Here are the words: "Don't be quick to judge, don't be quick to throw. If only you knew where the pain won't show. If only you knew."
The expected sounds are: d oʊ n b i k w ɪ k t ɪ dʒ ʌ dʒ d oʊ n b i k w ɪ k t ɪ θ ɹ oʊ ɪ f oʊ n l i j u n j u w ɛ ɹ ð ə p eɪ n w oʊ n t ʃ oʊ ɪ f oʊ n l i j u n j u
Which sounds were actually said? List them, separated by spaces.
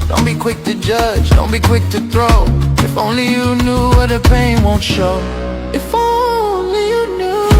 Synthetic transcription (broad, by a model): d oʊ n b i k w ɪ k t ɪ dʒ ʌ dʒ d oʊ n b i k w ɪ k t ɪ θ ɹ oʊ ɪ f oʊ n l i j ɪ n j u w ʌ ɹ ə p eɪ n w oʊ n t ʃ oʊ ɪ f oʊ n l i j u n j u